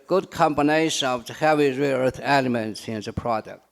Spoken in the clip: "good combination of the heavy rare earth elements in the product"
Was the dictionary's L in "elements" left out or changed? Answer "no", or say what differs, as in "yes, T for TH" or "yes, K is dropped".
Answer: no